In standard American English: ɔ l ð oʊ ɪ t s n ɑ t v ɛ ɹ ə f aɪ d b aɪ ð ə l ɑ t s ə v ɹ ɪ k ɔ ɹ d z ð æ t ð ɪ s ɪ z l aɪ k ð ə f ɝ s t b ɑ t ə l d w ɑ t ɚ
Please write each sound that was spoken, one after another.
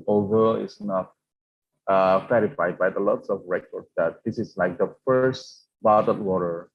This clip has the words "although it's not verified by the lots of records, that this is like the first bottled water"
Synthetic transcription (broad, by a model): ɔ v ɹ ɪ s n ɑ t f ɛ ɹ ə f aɪ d b aɪ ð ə l ɑ t s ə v ɹ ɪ k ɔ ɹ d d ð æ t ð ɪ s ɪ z l aɪ k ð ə f ɝ s t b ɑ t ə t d w ɑ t ɚ